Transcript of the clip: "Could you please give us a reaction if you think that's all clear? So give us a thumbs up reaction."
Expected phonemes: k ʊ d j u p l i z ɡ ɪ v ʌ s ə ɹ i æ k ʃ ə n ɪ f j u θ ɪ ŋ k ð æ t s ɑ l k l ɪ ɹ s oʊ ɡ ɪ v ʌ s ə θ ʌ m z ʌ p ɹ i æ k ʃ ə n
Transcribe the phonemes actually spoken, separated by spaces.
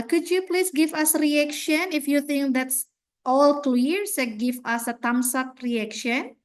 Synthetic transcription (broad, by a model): k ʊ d j u p l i s ɡ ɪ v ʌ s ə ɹ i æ k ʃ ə n ɪ f j u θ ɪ ŋ k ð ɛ t s ɑ l k l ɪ ɹ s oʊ ɡ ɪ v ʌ s ə t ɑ m s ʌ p ɹ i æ k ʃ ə n